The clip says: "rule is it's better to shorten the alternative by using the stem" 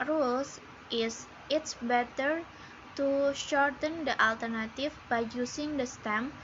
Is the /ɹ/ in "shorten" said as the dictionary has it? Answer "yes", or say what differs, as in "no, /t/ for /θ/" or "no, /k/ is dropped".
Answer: yes